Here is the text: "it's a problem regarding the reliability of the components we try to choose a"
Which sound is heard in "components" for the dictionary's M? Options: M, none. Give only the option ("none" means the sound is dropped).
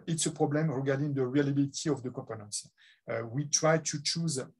none